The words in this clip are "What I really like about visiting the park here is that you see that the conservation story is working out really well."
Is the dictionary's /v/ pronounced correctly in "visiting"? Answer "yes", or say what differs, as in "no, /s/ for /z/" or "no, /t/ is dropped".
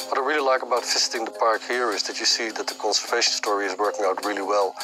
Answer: no, /f/ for /v/